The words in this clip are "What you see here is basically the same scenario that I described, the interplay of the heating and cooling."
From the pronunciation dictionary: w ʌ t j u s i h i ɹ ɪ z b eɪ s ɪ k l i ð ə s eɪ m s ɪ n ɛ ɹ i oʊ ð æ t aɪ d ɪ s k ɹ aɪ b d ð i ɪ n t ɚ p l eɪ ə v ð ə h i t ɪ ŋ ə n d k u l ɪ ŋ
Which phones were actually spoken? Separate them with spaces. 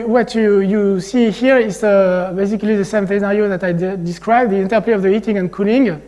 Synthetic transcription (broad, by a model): w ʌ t j u s i h i ɹ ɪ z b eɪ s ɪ k l i ð ə s eɪ m θ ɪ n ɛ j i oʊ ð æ t aɪ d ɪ s k ɹ aɪ b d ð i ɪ n t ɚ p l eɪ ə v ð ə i t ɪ ŋ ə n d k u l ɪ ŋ